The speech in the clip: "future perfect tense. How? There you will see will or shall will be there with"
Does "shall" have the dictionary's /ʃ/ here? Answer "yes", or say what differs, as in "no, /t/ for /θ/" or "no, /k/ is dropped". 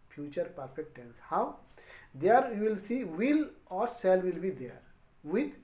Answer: no, /s/ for /ʃ/